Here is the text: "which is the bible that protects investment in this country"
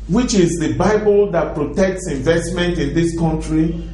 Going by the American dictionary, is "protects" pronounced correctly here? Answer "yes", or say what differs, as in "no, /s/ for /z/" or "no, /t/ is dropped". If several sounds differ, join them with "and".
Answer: yes